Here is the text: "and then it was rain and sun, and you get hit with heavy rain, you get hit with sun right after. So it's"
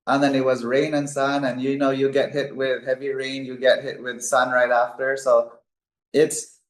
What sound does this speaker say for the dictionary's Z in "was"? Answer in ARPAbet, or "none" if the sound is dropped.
Z